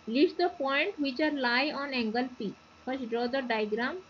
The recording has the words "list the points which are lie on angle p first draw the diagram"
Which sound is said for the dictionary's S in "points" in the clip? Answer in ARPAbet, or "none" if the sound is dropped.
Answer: none